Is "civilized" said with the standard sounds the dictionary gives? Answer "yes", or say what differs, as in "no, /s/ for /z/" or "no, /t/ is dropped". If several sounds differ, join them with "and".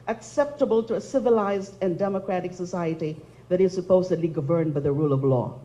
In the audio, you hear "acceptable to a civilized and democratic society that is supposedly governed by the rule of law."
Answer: yes